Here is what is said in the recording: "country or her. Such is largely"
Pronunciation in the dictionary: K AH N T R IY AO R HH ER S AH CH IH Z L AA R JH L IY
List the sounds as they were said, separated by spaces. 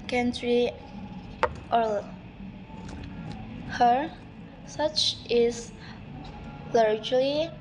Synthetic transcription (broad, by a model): K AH N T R IY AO L HH ER S AH CH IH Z L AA R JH L IY